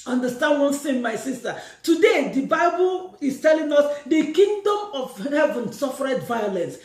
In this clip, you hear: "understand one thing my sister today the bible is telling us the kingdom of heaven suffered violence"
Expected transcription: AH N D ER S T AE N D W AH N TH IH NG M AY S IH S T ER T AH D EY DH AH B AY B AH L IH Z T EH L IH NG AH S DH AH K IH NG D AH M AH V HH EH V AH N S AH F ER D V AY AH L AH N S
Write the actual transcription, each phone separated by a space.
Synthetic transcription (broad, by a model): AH N D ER S T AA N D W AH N S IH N M AY S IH S T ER T AH D EY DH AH B AY B AH L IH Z T EH L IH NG AH S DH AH K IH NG D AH M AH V HH EH V AH N S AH F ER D V AY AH L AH N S